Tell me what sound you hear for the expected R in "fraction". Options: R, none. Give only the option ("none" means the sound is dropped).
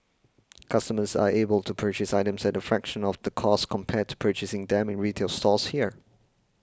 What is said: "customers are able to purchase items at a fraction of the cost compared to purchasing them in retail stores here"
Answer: R